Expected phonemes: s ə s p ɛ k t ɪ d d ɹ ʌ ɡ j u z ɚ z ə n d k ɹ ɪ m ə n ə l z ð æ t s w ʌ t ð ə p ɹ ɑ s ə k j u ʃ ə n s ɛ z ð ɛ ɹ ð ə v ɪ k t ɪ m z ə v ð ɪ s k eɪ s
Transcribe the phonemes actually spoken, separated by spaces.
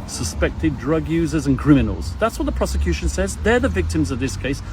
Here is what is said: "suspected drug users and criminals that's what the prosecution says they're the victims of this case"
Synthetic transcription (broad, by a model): s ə s p ɛ k t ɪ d d ɹ ʌ ɡ j u z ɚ z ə n k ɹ ɪ m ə n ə l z ð æ t s w ʌ t ð ə p ɹ ɑ s ə k j u ʃ ə n s ɛ z ð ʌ ɹ ð ə v ɪ k t ɪ m z ə v ð ɪ s k eɪ s